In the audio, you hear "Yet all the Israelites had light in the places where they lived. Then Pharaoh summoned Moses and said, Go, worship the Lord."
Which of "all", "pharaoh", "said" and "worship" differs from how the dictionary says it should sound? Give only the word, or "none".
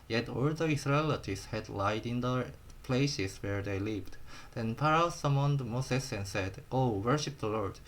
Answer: pharaoh